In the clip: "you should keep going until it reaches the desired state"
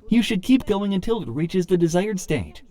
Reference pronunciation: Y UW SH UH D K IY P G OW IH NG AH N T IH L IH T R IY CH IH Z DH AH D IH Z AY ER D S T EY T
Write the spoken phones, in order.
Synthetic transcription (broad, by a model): Y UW SH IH D K IY P G OW IH NG AH N T IH L IH T R IY CH IH Z DH AH D IH Z AY ER D S T EY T